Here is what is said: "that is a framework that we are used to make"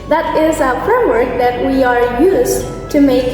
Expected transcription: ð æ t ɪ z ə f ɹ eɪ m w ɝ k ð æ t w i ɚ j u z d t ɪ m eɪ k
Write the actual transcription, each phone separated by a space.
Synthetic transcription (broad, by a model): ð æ t ɪ z ə f ɹ eɪ m w ɝ k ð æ t w i ɚ j u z t ɪ m eɪ k